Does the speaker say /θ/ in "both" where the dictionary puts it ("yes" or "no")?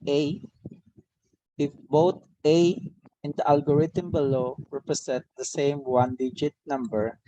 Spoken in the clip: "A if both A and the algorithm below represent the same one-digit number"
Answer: no